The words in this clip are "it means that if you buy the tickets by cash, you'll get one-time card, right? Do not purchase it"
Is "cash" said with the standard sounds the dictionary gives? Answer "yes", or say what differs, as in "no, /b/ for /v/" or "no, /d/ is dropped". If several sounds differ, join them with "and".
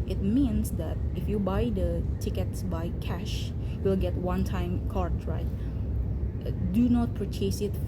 yes